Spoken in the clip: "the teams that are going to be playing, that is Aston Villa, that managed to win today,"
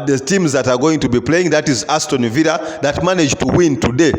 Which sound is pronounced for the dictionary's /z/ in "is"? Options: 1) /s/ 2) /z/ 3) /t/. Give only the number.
2